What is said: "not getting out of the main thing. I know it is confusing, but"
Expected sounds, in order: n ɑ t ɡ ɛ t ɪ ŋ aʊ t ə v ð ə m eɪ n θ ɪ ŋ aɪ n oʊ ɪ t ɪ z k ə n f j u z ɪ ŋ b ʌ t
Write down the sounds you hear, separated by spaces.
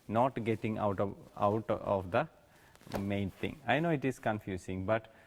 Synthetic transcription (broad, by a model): n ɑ t ɡ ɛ t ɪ ŋ aʊ t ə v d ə m eɪ n t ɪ ŋ aɪ n oʊ ɪ t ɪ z k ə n f j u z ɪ ŋ b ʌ t